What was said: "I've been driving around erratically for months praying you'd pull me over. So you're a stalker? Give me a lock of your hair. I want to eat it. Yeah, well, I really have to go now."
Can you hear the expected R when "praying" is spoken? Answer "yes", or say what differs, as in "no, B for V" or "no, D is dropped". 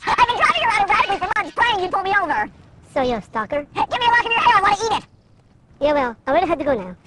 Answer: no, L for R